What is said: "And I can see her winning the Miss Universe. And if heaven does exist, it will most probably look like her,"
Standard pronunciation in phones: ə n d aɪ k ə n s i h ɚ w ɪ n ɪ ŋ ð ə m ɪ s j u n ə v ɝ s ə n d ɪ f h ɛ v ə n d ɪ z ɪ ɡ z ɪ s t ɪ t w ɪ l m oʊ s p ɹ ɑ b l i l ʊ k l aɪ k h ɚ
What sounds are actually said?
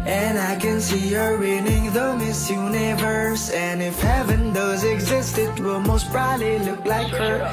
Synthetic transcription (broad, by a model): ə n aɪ k ə n s i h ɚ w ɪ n ɪ ŋ ð ə m ɪ s j u n ə v ɝ s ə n ɪ f h ɛ v ə n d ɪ z ɪ ɡ z ɪ s t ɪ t w ɪ l m oʊ s b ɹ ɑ l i l ʊ k l aɪ k h ɚ